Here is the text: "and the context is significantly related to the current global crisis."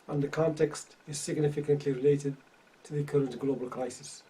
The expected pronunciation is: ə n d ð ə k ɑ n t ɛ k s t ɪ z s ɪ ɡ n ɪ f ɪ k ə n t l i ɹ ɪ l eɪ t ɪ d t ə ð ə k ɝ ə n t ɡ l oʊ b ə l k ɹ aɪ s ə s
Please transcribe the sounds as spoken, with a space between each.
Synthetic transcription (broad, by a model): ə n ð ə k ɑ n t ɛ k s t ɪ z s ɪ ɡ n ɪ f ɪ k ə n t l i ɹ ɪ l eɪ t ɪ d t ə ð ə k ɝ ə n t ɡ l oʊ b ə l k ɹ aɪ s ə s